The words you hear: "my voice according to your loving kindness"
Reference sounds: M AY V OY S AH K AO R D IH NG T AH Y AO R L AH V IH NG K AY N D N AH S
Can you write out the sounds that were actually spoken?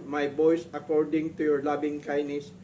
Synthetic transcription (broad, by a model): M AY B OY S AH K AO R D IH NG T AH Y AO R L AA B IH NG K AY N N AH S